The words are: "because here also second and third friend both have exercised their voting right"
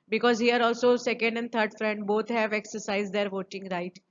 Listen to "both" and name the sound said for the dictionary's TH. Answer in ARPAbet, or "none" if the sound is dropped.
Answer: T